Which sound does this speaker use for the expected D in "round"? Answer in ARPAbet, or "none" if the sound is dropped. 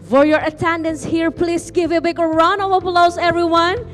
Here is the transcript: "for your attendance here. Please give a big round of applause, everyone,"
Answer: none